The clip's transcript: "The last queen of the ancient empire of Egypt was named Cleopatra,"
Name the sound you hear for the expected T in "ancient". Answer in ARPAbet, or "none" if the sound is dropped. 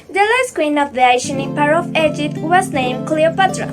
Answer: none